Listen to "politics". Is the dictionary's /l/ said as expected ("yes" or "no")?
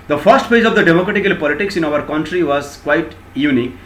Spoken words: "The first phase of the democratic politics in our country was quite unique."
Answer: yes